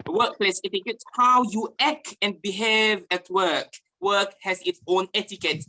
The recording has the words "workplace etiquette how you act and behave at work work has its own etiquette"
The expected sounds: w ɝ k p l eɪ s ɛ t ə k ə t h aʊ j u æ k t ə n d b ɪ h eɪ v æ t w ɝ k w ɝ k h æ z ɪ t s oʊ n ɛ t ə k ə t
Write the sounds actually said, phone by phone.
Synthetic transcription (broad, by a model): w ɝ k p l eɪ s ɛ t ə k ə t h aʊ j u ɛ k ə n b ɪ h eɪ v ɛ t w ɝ k w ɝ k h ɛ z ɪ t s oʊ n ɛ t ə k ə t